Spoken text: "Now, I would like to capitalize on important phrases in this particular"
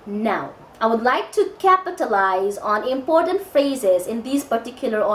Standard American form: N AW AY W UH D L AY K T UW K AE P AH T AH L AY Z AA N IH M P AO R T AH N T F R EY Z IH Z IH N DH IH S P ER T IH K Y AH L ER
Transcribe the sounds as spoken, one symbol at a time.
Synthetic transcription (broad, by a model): N AW AY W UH D L AY K T UW K AE P AH T AH L AY Z AA N IH M P AO R T AH N T F R EY Z IH Z IH N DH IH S P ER T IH K Y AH L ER